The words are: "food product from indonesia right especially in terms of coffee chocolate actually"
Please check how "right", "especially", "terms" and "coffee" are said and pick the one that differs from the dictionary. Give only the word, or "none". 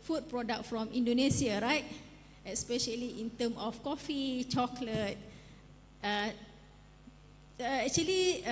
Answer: terms